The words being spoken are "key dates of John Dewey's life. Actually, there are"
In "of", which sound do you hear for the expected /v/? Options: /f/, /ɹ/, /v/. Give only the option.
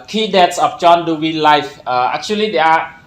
/f/